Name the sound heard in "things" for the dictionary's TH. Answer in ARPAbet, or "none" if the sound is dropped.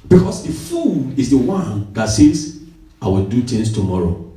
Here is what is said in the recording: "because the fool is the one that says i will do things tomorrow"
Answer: T